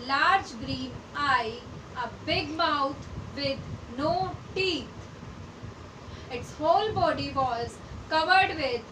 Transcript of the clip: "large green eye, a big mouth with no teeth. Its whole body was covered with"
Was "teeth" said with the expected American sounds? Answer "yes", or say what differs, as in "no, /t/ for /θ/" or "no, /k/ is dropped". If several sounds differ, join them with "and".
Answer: no, /t/ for /θ/